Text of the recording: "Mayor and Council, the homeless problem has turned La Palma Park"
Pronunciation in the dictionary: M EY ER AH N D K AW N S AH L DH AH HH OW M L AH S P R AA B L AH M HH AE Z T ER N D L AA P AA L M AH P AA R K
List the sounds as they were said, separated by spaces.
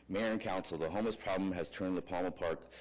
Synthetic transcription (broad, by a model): M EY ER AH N K AW N S L DH AH HH OW M AH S P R AA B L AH M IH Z T ER N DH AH P AA L M AH P AA R K